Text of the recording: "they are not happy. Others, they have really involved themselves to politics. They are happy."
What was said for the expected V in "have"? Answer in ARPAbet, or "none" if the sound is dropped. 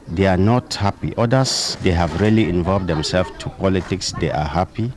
V